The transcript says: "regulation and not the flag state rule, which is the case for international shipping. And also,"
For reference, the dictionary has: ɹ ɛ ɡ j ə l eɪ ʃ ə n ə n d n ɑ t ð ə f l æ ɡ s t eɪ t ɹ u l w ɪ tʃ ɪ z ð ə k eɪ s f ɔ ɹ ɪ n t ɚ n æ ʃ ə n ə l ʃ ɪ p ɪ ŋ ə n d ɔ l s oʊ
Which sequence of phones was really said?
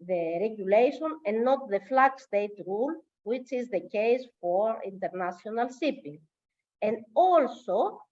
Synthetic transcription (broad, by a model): ɹ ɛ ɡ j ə l eɪ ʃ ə n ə n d n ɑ t ð ə f l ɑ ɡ s t eɪ t ɹ u l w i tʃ ɪ z ð ə k eɪ s f ɔ ɹ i n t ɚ n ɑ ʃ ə n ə l s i p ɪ ŋ ə n d ɔ l s oʊ